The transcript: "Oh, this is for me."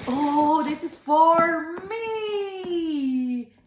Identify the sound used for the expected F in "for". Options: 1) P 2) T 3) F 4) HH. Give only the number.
3